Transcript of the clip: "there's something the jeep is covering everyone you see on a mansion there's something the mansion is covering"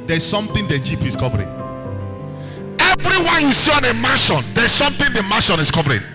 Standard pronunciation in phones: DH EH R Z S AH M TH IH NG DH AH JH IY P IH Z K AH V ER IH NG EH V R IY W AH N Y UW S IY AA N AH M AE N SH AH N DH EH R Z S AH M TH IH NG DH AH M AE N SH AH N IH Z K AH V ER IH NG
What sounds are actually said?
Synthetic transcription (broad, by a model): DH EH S S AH M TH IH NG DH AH JH IY P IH S K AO V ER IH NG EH V R IY W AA N Y UW S IY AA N AH M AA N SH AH N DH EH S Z S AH M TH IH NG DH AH M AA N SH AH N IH S K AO V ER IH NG